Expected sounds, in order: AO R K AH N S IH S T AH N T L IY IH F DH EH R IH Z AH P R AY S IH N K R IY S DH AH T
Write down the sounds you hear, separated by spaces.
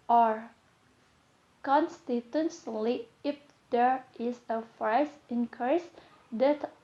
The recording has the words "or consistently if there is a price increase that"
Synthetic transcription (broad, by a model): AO R K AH N S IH T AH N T L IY IH F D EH R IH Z AH F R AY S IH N K R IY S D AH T